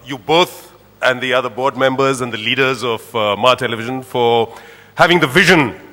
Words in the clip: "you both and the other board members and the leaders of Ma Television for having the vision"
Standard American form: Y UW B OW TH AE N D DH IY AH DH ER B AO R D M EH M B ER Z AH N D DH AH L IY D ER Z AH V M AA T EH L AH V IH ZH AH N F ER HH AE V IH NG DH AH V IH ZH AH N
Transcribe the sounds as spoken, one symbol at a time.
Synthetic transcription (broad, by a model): Y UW B OW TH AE N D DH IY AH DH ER B AO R D M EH M B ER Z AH N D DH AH L IY D ER Z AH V M AA T EH L AH V IH ZH AH N F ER HH AE V IH NG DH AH V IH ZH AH N